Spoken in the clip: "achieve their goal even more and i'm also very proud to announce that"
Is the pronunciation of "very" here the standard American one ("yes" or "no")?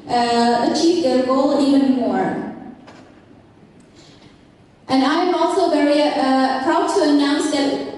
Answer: yes